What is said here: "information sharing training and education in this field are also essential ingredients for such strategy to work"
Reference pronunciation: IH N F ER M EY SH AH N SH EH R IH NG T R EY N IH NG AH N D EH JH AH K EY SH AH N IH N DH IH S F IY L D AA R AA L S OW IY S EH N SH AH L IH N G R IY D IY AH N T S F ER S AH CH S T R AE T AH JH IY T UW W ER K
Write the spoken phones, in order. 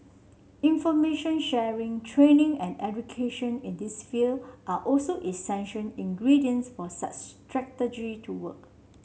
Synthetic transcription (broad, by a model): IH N F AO M EY SH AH N SH EH R IH NG T R EY N IH NG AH N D EH JH AH K EY SH AH N IH N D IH S F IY L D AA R AA L S OW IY S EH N SH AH N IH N G R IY D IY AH N S F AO S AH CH S T R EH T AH JH IY T UW W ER K